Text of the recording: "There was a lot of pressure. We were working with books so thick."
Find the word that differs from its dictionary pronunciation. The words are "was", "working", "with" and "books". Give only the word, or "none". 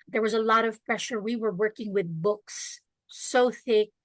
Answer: none